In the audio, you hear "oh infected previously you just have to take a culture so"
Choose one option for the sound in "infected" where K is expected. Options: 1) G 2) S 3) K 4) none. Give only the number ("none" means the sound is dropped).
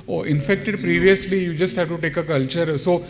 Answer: 3